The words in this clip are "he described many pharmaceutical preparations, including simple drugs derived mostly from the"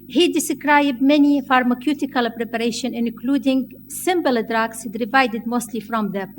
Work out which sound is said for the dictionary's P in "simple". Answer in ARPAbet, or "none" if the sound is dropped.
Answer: B